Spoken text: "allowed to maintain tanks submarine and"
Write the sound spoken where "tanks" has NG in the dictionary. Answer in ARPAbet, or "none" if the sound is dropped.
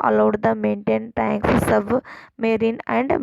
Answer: NG